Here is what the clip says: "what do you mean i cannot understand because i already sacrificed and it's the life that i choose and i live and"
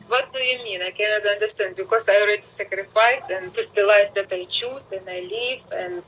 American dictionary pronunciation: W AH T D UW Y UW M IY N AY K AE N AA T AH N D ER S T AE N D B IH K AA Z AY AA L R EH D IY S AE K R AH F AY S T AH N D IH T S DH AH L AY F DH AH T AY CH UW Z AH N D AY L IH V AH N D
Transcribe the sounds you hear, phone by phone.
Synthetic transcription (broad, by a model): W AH T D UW Y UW M IY N AY K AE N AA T AH N D ER S T AE N D B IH K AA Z AY AA L R EH D IY S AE K R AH F AY S AH N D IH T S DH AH L AY F DH AH T AY CH UW Z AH N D AY L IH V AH N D